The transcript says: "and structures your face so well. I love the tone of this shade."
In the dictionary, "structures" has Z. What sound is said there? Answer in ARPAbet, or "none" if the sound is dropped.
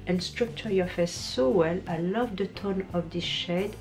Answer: none